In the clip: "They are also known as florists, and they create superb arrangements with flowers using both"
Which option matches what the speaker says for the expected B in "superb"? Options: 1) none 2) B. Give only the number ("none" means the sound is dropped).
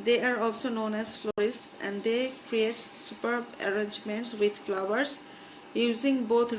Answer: 2